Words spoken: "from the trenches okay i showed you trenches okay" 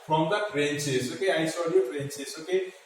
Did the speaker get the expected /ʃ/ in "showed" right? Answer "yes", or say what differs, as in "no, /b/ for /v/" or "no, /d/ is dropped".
no, /s/ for /ʃ/